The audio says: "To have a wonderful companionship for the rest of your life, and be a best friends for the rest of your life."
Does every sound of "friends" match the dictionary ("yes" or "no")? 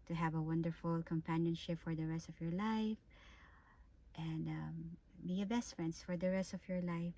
no